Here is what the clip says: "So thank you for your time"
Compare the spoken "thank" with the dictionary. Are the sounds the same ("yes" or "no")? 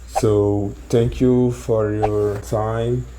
no